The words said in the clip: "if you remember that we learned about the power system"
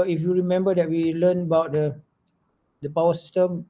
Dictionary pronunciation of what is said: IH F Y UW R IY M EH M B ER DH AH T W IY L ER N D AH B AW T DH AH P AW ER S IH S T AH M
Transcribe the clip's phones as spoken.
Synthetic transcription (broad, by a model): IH F Y UW R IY M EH M B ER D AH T W IY L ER N AH B AW T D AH P AW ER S S T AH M